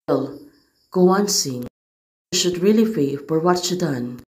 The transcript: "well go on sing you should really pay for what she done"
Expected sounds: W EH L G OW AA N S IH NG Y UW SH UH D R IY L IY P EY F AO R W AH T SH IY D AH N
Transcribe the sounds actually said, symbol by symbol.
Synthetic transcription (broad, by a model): L G OW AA N S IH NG SH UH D R IY L IY F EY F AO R W AH T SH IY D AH N